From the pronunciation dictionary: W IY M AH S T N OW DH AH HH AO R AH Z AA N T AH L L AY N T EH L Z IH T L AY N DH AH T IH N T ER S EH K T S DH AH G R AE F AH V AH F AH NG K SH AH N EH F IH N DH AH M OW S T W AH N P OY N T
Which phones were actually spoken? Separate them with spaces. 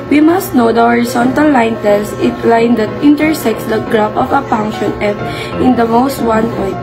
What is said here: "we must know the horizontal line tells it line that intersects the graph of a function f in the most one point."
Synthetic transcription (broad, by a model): W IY M AH S T N OW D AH HH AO R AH S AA N T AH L L AY N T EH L S IH T L AY N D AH T IH N T ER S EH K T S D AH G R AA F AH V AH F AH NG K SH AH N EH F IH N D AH M OW S T W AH N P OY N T